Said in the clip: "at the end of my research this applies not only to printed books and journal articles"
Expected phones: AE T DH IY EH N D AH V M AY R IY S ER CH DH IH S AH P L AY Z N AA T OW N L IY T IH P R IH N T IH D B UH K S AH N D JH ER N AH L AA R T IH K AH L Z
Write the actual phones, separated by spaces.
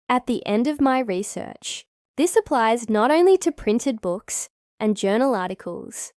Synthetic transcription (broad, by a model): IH T DH IY EH N D AH V M AY R IY S ER CH DH IH S AH P L AY Z N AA T OW N L IY T IH P R IH N T IH D B UH K S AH N JH ER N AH L AA R T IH K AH L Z